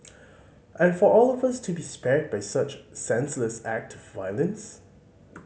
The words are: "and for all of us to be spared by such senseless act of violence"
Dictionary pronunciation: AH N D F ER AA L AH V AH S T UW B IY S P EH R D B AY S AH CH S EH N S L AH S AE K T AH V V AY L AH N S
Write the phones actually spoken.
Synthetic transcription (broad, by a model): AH N F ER AA L AH V AH S T UW B IY S P EH R D B AY S AH CH S EH N S L AH S AE K T AH V V AY L AH N S